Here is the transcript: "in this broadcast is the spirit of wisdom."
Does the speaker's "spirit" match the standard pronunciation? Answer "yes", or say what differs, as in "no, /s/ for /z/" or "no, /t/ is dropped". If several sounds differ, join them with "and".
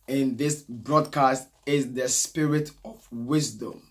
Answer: yes